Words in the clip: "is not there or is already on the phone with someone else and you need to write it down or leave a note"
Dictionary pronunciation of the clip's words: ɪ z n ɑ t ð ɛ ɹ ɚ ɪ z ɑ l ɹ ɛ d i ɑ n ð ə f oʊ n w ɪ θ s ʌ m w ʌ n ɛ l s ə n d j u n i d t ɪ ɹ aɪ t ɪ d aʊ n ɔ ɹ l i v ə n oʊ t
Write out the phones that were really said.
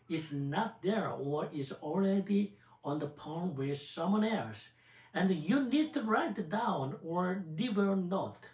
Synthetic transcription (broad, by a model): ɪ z n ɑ t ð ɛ ɹ ɚ ɪ z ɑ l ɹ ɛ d i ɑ n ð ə p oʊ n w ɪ s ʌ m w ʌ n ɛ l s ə n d j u n i d t ɪ ɹ aɪ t ɪ d aʊ n ɔ ɹ n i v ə n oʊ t